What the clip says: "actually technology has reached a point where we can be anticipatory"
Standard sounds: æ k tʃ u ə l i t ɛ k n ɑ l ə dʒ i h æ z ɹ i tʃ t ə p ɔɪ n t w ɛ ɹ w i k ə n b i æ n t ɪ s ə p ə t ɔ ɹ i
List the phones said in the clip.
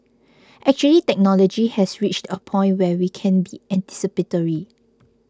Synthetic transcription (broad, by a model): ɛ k tʃ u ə l i t ɛ k n ɑ l ə dʒ i h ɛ s ɹ i tʃ t ə p ɔɪ n t w ɛ w i k ə n b i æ n t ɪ s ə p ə t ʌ ɹ i